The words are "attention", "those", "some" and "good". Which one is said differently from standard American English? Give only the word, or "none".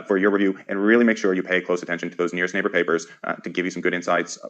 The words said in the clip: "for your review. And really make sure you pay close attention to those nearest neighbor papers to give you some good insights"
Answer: none